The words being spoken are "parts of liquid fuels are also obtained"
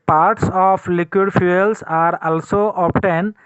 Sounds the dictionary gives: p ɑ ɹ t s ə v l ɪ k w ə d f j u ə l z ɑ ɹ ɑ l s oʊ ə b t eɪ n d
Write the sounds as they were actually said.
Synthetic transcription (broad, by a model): p ɑ ɹ t s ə p l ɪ k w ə d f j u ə l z ɑ ɹ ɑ l s oʊ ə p t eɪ n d